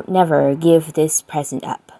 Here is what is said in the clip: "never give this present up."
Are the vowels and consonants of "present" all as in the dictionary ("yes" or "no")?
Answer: yes